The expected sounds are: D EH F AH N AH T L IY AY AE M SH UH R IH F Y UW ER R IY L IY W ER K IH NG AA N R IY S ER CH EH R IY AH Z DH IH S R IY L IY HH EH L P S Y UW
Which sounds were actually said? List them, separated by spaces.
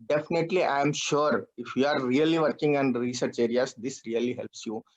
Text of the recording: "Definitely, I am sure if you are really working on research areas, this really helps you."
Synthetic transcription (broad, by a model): D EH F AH N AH T L IY AY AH M SH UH R IH F Y UW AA R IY L IY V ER K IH NG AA N R IY S ER CH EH R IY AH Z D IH S R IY L IY HH EH L P S Y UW